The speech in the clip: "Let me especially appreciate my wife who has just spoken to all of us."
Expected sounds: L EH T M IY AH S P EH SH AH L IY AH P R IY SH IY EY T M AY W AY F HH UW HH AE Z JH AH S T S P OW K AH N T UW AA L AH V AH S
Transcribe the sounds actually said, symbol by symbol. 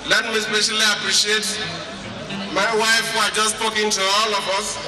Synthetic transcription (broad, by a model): L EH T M IY AH S P EH SH AH L IY AH P R IY SH IY EY T M AY W AY F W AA JH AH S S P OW K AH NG T UW AA L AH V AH S